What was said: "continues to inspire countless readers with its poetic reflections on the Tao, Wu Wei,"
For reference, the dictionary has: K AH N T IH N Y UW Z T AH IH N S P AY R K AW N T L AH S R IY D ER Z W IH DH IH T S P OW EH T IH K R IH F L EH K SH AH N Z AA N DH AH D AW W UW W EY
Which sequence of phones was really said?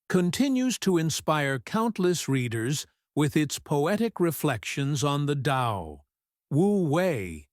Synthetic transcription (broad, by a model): K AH N T IH N Y UW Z T AH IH N S P AY R K AW N T L AH S R IY D ER Z W IH DH IH T S P OW EH T IH K R IH F L EH K SH AH N Z N DH AH D AW W UW W EY